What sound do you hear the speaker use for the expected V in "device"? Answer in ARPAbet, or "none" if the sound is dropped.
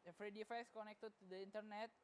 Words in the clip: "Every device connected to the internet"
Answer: F